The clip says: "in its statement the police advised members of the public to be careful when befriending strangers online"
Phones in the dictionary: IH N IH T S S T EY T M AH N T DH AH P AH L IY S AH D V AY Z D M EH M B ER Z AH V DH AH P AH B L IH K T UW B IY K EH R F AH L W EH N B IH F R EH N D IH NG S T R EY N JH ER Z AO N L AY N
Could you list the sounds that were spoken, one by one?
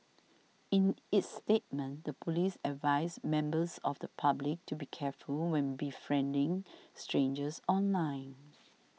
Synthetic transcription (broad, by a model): IH N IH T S S T EY T M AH N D AH P AH L IY S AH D V AY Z M EH M B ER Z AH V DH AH P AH B L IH K T UW B IY K EH F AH L W EH N B IH F R EH N D IH NG S T R EY N JH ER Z AO N L AY N